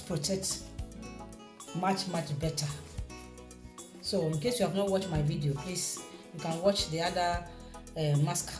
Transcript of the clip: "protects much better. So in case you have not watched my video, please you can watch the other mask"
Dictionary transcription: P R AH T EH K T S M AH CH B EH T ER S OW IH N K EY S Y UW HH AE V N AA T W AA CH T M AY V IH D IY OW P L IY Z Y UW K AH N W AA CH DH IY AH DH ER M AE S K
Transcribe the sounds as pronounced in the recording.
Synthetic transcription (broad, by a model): P R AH T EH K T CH M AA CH B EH T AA S OW IH N K EY S Y UW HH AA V N AA T W AA CH M AY V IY D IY OW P L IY S Y UW K AH N W AA CH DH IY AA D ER M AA S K